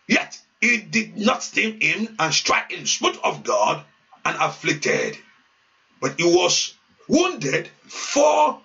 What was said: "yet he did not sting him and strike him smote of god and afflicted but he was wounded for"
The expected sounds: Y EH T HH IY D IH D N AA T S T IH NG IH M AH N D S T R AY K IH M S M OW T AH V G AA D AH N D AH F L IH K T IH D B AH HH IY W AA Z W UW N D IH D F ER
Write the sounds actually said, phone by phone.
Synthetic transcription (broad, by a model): Y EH T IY D IH D N AA T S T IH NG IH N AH N S T R AY K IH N S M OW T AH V G AA D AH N AH F L IH K T IH D B AH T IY W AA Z W UW N D IH D F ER